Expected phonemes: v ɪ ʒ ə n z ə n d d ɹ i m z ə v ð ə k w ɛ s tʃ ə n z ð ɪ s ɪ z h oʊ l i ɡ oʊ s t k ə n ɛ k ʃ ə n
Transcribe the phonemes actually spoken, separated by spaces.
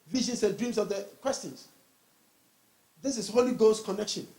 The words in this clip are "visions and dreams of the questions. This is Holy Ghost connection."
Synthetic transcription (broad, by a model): v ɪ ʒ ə n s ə n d d ɹ i m s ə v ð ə k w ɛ s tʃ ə n s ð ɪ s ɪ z h oʊ l i ɡ oʊ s k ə n ɛ k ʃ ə n